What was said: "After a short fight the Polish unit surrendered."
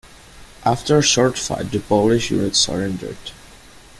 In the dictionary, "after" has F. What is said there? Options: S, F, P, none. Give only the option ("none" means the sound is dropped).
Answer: F